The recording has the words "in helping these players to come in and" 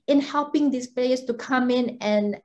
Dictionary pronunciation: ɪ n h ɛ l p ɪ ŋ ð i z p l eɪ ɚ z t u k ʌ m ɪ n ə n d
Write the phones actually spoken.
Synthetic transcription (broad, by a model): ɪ n h ɛ l p ɪ ŋ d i s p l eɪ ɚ s t u k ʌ m ɪ n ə n